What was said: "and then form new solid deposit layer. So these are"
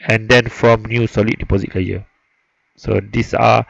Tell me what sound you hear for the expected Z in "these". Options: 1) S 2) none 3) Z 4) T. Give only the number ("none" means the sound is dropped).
1